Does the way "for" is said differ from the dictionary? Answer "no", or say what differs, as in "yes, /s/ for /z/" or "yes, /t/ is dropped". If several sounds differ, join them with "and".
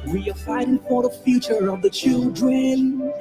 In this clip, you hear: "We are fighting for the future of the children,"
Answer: yes, /p/ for /f/